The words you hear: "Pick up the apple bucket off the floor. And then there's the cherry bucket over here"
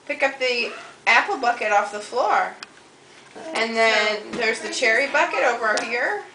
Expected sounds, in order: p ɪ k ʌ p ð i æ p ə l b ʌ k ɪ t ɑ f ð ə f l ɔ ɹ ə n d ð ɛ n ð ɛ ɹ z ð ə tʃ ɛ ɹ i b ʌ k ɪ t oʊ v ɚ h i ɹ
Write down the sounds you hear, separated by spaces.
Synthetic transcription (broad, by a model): p ɪ k ʌ p ð i æ p l b ʌ k ɪ t ɑ f ð ə f l ɔ ɹ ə n ð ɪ n ð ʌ ɹ z ð ə tʃ ɛ ɹ i b ʌ k ɪ t oʊ v ɚ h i ɹ